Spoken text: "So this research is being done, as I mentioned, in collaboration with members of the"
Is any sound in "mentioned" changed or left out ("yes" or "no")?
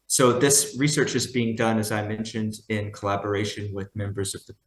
no